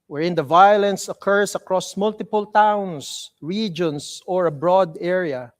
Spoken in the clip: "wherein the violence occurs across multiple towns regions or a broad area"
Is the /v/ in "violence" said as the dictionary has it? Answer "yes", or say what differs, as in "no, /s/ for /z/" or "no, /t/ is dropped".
yes